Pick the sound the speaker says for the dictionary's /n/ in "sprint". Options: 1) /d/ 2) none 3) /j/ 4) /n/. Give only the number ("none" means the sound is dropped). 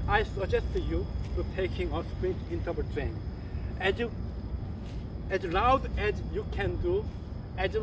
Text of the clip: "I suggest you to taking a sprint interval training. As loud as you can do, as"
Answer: 2